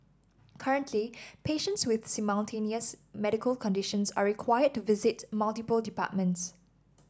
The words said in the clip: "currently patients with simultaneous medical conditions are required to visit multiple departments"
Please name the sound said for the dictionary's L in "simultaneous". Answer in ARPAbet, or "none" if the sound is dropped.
N